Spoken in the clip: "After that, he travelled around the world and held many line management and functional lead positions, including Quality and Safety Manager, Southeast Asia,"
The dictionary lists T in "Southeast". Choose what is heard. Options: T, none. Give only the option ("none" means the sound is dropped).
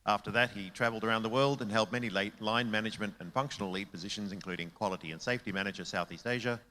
T